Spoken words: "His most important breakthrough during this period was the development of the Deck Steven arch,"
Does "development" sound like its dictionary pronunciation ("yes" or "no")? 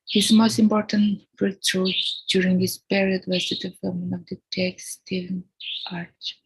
no